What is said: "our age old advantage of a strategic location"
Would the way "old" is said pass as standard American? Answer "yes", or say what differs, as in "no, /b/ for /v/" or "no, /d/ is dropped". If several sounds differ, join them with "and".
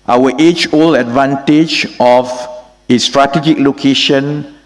no, /d/ is dropped